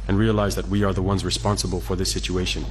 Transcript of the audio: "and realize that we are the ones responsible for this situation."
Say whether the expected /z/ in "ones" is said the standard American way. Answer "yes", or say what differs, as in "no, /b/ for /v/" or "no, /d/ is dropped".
yes